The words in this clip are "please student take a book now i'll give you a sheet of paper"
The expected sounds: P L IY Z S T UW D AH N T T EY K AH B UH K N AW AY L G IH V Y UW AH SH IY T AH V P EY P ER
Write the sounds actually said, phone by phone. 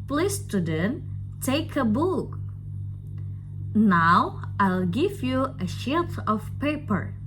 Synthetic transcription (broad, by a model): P L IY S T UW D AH N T T EY K AH B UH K N AW AY L G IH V Y UW AH SH IY T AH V P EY P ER